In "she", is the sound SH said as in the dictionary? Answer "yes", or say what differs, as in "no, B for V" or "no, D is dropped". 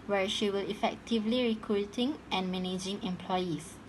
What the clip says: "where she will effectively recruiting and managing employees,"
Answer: yes